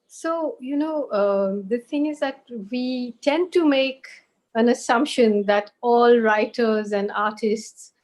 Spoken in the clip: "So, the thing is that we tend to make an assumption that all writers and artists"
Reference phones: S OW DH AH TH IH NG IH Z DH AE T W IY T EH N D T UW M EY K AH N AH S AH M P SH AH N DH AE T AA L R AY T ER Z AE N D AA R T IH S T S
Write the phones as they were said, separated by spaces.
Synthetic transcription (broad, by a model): S OW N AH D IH NG IH Z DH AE T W IY T EH N D T UW M EY K AH N AH S AH M P SH AH N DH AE T AA L R AY T ER Z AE N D AA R T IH S T S